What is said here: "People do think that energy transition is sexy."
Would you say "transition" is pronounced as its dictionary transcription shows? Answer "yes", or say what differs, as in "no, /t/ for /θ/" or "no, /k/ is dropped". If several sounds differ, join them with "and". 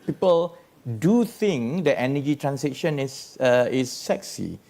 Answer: no, /s/ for /z/